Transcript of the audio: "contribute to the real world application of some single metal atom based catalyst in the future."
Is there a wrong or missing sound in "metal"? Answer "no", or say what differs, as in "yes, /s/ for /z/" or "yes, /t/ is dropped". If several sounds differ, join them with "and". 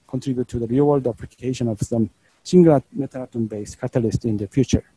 yes, /n/ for /l/